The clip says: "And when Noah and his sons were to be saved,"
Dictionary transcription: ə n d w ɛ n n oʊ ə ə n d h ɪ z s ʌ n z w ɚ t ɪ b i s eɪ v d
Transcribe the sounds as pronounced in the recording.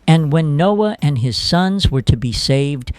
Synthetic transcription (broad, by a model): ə n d w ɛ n n oʊ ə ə n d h ɪ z s ʌ n z w ɚ t ɪ b i s eɪ v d